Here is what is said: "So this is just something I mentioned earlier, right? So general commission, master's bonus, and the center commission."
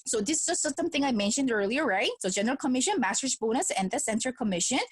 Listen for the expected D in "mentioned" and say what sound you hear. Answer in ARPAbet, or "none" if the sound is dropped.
D